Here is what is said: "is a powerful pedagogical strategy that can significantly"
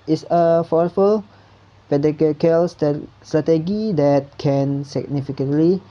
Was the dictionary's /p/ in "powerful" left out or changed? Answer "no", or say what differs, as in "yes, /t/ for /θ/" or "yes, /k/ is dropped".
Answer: yes, /f/ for /p/